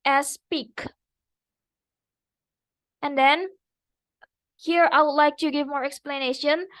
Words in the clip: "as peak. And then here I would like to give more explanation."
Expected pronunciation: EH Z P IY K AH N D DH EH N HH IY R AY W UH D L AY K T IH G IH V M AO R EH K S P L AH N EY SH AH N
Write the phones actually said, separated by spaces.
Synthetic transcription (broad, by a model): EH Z P IY K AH N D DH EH N HH IY R AY W UH D L AY K T IH G IH V M AO R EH K S P L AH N EY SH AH N